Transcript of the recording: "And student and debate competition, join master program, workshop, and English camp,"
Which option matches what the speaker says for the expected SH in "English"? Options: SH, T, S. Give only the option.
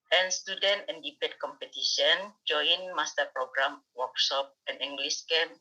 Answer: S